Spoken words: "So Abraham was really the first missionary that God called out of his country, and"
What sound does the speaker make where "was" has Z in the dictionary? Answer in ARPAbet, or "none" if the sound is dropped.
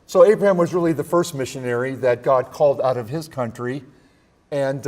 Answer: Z